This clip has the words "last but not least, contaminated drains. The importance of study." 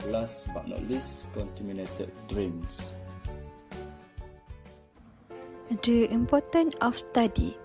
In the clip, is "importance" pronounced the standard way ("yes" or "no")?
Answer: no